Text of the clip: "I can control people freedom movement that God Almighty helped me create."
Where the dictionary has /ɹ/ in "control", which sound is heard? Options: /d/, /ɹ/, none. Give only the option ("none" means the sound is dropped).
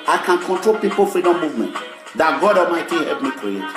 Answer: /ɹ/